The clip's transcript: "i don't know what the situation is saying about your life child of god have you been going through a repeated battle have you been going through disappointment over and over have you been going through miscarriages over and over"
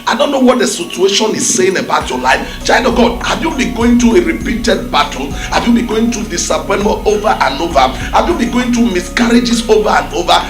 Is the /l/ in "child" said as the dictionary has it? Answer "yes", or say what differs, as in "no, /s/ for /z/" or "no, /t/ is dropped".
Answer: no, /l/ is dropped